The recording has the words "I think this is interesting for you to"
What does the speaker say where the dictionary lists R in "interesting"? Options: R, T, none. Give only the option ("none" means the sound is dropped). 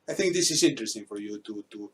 R